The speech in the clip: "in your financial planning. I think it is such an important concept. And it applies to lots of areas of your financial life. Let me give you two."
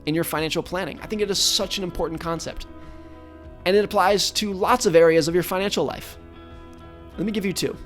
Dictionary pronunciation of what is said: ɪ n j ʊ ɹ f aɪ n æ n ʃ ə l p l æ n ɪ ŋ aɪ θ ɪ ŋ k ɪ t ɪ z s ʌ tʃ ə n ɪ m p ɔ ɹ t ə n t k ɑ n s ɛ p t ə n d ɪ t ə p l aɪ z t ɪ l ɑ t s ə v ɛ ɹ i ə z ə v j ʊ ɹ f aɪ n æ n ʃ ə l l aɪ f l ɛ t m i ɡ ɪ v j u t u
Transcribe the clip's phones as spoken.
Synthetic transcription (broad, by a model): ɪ n j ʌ ɹ f aɪ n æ n ʃ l p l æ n ɪ ŋ aɪ θ ɪ ŋ k ɪ t ɪ z s ʌ tʃ ə n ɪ m p ɔ ɹ t n k ɑ n s ɛ p t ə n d ɪ t ə p l aɪ z t ɪ l ɑ t s ə v ɛ ɹ i ə z ə v j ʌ ɹ f aɪ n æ n ʃ l l aɪ f l ɛ t m i ɡ ɪ v j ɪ t u